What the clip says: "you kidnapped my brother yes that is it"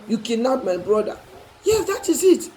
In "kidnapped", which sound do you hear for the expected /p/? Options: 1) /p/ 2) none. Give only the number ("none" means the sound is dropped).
2